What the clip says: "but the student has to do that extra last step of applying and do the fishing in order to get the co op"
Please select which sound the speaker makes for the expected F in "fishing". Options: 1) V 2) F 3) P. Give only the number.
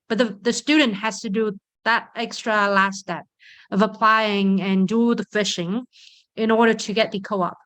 2